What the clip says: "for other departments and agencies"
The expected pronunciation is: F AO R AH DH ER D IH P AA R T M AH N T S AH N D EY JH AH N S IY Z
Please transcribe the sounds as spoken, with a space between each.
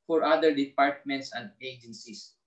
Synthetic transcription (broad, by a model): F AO R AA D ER D IH P AA R T M AH N T S AH N D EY JH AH N S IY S